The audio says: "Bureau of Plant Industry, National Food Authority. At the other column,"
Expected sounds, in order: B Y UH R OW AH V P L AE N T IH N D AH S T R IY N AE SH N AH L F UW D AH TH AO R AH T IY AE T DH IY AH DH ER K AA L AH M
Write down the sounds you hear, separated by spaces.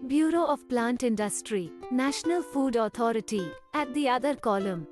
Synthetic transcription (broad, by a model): B Y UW R OW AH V P L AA N T IH N D AH S T R IY N AE SH N AH L F UW D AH T AO R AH T IY AE T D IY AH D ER K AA L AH M